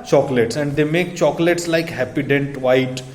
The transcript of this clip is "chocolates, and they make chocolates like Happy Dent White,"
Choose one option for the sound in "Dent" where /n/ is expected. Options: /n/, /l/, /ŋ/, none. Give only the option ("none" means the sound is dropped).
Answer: /n/